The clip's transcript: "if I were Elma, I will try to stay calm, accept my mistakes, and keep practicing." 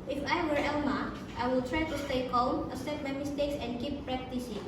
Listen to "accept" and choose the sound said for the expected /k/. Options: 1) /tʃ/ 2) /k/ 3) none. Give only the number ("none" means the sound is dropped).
3